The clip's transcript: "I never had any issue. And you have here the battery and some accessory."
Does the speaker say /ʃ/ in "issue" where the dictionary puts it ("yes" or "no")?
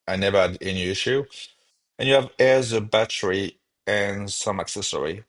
yes